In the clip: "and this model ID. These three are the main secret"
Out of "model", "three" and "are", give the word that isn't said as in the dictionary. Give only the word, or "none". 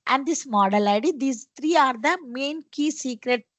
three